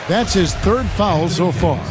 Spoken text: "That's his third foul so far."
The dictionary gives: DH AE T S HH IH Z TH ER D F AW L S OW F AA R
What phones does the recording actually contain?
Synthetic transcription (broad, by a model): DH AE T S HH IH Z TH ER D F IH L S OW F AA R